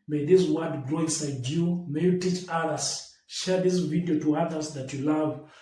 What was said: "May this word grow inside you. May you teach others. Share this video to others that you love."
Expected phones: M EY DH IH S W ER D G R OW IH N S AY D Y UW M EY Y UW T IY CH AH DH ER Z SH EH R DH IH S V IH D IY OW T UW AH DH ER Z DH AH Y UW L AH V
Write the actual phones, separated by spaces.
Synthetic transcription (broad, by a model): M EY DH IH S W ER D G R OW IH N S AY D Y UW M EY Y UW T IY CH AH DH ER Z SH EH R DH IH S V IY D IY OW T UW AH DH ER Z DH AH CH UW L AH V